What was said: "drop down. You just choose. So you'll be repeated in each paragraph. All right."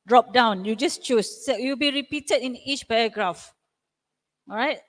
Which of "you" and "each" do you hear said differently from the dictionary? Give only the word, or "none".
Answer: none